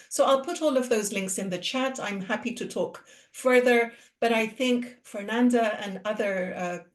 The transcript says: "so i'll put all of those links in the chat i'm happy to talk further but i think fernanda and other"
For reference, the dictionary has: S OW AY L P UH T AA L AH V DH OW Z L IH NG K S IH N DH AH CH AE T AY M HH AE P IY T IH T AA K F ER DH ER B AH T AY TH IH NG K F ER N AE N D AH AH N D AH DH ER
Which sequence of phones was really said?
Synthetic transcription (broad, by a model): S OW AY L P UH T AA L AH V DH OW Z L IH NG K S IH N DH AH CH AE T AY M HH AE P IY T IH T AA K F ER DH ER B AH T AY TH IH NG K F ER N AE N D AH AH N AH DH ER